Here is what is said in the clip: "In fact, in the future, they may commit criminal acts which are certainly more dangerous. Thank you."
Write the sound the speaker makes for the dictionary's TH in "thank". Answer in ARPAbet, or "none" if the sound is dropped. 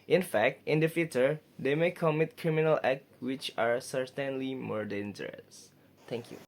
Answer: T